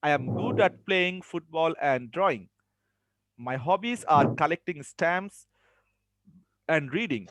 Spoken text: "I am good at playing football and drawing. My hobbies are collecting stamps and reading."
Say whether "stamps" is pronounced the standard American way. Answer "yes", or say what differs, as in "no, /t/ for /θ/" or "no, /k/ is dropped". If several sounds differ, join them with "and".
no, /p/ is dropped